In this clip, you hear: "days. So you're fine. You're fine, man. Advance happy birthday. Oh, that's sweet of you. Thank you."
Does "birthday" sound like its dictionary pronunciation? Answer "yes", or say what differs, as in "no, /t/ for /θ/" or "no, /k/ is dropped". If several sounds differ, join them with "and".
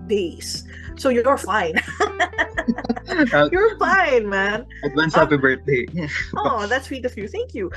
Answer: no, /t/ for /θ/